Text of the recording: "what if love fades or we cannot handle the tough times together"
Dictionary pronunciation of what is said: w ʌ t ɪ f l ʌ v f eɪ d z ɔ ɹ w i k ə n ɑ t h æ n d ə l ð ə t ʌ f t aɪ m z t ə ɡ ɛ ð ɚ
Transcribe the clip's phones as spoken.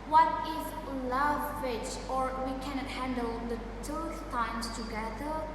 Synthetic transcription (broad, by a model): w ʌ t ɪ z l ʌ v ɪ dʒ ɔ ɹ w i k ə n ɑ t h æ n d ə l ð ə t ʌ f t aɪ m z t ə ɡ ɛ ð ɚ